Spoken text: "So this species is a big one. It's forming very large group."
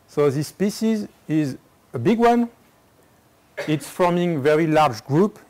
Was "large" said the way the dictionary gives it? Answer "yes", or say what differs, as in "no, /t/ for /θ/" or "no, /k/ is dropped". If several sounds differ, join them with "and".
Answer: yes